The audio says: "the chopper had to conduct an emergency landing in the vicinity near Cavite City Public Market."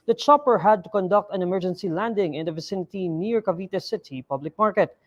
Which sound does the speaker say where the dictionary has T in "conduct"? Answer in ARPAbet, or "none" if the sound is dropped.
T